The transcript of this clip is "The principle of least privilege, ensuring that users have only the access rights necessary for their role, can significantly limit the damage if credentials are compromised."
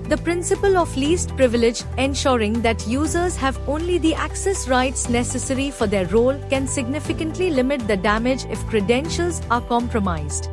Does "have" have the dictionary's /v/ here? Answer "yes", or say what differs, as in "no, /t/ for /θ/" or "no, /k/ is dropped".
yes